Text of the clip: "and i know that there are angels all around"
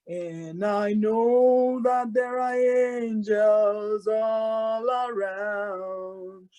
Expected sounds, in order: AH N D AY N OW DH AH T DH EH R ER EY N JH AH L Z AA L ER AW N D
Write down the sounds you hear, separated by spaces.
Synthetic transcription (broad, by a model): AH N AY N OW DH AH T DH EH R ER EY N JH AH L Z AA L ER AW N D